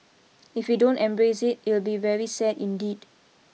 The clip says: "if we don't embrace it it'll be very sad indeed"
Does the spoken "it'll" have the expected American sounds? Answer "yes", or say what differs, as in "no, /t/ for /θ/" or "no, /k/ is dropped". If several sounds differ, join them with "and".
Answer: yes